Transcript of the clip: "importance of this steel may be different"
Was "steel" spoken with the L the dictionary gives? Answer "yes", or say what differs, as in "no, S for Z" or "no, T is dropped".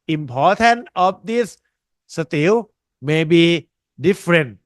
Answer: no, W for L